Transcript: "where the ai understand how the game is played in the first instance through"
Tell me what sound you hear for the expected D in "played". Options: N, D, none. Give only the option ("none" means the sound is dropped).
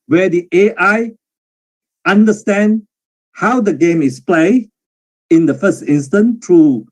none